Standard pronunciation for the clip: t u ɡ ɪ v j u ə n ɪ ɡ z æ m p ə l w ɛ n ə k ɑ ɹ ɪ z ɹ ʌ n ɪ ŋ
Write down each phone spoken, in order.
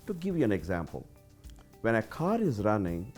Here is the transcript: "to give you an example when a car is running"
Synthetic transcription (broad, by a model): t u ɡ ɪ v j u ə n ɪ ɡ z æ m p ə l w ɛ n ə k ɑ ɹ ɪ z ɹ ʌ n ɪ ŋ